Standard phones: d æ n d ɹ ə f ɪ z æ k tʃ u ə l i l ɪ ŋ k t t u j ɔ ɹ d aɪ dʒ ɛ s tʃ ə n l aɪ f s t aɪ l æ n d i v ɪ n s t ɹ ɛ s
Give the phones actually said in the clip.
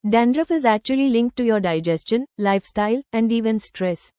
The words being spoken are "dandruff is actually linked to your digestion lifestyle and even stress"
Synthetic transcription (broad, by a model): d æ n d ɹ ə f ɪ z æ k tʃ u ə l i l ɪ ŋ k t t u j ɔ ɹ d aɪ dʒ ɛ s tʃ ə n l aɪ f s t aɪ l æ n d i v ɪ n s t ɹ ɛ s